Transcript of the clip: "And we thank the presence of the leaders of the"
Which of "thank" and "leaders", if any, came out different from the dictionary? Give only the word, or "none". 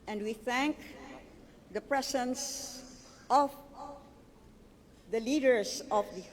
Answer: leaders